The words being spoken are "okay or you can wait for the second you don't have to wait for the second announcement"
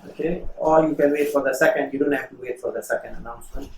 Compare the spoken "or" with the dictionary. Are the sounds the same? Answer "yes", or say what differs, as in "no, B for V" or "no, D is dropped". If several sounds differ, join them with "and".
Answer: no, L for R